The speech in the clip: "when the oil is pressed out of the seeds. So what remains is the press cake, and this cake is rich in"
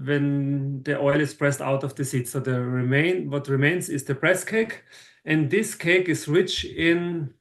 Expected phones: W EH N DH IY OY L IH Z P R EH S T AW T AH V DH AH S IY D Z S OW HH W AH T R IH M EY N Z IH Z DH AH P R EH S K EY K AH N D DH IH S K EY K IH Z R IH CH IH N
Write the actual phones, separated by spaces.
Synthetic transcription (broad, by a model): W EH N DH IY OY L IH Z P R EH S T AW T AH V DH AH S IY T S OW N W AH T R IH M EY N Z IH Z DH AH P R EH S K EY K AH N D DH IH S K EY K IH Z R IH CH IH N